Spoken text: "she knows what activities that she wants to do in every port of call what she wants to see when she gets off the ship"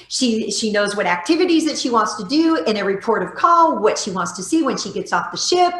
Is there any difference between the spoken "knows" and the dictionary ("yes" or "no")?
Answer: no